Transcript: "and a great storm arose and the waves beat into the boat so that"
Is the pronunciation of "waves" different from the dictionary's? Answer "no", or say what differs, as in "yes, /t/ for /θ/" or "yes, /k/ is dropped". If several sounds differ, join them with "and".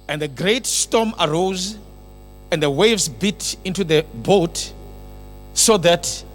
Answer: no